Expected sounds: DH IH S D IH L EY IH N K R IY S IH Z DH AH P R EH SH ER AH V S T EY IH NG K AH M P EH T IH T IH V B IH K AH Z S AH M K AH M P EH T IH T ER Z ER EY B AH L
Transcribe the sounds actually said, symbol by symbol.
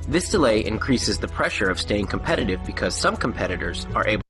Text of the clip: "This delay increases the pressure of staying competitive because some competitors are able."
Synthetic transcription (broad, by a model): DH IH S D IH L EY IH N K R IY S IH Z DH AH P R EH SH ER AH V S T EY IH NG K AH M P EH T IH T IH V B IH K AH Z S AH M K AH M P EH T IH T ER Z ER EY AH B